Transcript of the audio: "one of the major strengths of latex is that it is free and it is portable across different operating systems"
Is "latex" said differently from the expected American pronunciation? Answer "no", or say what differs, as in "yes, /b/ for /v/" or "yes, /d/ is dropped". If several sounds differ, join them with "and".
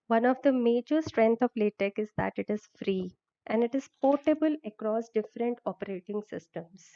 yes, /s/ is dropped